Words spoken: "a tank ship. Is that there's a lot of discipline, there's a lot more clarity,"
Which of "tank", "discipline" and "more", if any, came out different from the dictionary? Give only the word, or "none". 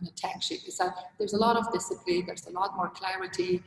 tank